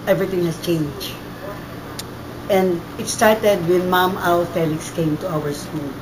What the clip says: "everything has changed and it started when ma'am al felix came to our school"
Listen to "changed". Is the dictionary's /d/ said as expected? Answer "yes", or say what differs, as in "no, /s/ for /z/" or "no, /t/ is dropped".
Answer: no, /d/ is dropped